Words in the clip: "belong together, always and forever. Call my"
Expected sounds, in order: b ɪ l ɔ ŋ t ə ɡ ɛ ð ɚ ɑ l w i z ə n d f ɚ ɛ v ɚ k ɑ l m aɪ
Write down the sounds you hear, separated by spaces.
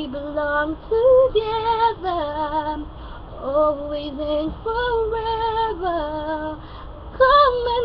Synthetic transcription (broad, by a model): b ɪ l ɔ ŋ t ə ɡ ɛ ð ɚ ɑ l w i z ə n f ɚ ɛ v ɚ k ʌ m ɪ